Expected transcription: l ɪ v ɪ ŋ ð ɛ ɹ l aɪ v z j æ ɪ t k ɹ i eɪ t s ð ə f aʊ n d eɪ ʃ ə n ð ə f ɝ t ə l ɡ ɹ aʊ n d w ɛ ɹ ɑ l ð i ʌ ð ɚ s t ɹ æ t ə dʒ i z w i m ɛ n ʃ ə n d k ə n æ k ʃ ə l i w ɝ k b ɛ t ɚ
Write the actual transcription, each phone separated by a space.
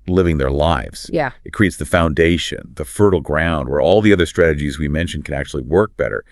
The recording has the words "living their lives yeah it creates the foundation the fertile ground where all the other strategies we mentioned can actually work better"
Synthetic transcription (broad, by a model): l ɪ v ɪ ŋ ð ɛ ɹ l aɪ v z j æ ɪ t k ɹ i eɪ t s ð ə f aʊ n d eɪ ʃ ə n ð ə f ɝ t l ɡ ɹ aʊ n d w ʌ ɹ ɑ l ð i ʌ ð ɚ s t ɹ æ t ə dʒ i z w i m ɛ n ʃ n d k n æ k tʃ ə l i w ɝ k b ɛ t ɚ